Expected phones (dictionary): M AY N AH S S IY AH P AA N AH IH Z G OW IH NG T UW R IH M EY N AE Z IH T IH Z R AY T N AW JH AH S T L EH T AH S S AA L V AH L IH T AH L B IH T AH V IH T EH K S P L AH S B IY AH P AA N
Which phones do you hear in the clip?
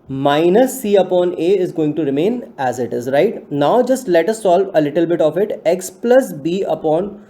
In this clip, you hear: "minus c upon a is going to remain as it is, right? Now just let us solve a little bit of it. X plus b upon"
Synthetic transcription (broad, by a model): M AY N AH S S IY AH P AA N AH IH Z G OW IH NG T UW R IH M EY N AE Z IH T IH Z R AY T N AW JH AH S T L EH T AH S S AA L V AH L IH T AH L B IH T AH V IH T EH K S P L AH S B IY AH P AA N